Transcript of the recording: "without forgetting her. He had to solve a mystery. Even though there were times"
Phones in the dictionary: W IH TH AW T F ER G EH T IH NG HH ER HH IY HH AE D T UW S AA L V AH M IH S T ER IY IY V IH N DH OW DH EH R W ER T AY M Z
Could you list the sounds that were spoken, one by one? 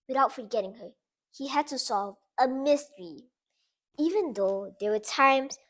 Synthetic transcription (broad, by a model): W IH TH AW T F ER G EH T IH NG HH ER HH IY HH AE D T UW S AA L V AH M IH S T ER IY IY V IH N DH OW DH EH W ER T AY M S